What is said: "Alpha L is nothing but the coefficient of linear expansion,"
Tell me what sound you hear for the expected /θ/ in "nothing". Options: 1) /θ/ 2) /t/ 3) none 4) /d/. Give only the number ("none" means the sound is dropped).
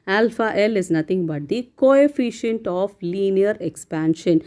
2